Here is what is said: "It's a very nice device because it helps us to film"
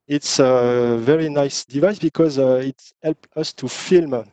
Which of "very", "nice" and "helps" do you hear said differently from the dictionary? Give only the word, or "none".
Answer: helps